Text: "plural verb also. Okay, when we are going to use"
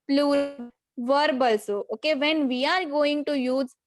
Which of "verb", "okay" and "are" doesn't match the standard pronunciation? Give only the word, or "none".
none